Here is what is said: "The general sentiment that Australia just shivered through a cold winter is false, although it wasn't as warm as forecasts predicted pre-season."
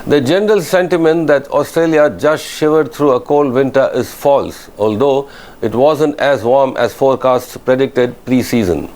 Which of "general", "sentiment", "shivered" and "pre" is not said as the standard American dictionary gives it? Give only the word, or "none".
none